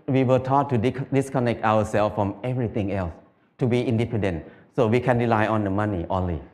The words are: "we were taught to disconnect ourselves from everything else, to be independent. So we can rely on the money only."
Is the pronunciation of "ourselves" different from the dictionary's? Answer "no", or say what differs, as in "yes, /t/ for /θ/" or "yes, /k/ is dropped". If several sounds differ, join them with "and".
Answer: yes, /w/ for /ɹ/